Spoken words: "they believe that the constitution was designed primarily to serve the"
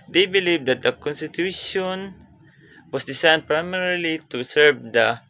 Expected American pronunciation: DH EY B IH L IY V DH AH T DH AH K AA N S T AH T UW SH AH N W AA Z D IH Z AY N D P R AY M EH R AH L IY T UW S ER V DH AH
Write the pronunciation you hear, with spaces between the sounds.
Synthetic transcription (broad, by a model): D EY B IH L IY V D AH T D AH K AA N S T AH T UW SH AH N W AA S D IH S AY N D P R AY M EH R L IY T UW S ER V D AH